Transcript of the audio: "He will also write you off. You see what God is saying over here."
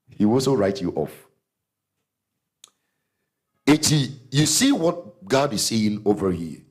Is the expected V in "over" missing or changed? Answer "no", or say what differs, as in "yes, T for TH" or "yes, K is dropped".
no